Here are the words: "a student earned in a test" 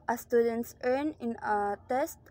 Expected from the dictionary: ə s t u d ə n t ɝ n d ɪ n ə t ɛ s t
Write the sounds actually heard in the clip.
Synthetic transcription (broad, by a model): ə s t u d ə n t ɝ n ɪ n ə t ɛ s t